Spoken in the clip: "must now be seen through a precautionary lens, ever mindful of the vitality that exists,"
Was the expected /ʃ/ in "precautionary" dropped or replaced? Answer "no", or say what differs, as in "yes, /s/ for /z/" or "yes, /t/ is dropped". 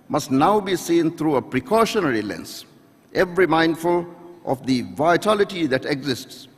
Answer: no